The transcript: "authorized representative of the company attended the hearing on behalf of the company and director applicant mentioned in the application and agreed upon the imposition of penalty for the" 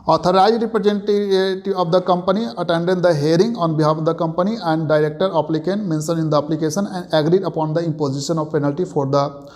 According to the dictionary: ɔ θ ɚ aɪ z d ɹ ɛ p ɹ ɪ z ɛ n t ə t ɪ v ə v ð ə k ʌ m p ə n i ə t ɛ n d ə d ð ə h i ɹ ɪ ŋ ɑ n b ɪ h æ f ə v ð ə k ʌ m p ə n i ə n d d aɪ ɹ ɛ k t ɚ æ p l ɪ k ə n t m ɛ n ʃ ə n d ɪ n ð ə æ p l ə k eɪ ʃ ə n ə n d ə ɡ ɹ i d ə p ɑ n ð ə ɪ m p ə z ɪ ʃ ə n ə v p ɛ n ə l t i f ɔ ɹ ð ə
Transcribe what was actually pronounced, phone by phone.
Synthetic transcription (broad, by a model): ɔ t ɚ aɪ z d ɹ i p ɹ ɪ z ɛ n t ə t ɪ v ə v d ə k ʌ m p ə n i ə t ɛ n d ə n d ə h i ɹ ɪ ŋ ɑ n b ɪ h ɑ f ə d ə k ʌ m p ə n i ə n d d aɪ ɹ ɛ k t ɚ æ p l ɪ k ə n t m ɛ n s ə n ɪ n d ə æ p l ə k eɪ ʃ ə n ə n d ə ɡ ɹ i d ə p ɑ n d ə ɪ m p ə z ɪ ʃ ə n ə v p ɛ n ə l t i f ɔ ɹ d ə